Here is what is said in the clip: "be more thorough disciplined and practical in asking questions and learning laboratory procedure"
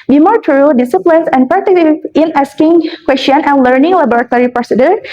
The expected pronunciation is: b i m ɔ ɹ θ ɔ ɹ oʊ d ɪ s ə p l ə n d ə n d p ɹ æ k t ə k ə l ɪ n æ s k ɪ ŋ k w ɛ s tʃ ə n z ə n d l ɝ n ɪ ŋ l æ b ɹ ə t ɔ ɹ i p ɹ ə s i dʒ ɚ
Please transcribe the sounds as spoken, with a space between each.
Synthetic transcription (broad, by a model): b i m ɔ ɹ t ɹ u d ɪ s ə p l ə n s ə n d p ɑ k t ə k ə ɪ n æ s k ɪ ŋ k w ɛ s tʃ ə n ə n l ɝ n ɪ ŋ l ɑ b ɹ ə t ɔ ɹ i p ɹ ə s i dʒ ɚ